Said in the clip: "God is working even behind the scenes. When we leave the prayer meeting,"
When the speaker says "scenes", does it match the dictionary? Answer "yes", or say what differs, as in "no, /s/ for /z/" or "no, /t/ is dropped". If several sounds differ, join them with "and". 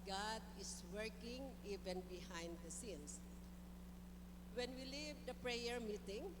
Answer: no, /s/ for /z/